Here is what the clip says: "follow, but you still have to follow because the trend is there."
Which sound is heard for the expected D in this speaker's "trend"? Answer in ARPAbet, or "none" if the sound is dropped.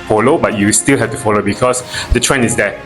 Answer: none